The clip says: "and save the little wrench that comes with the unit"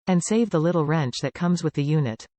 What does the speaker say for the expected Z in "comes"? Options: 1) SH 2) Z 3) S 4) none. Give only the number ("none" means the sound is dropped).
2